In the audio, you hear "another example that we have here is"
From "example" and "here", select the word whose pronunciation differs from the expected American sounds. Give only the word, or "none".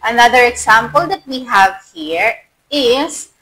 example